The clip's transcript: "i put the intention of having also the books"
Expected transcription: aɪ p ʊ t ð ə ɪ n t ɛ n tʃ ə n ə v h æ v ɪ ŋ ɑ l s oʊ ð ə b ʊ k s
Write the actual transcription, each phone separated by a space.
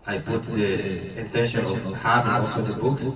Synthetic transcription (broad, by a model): aɪ p ʊ t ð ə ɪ n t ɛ n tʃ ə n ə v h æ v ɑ s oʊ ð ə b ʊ k s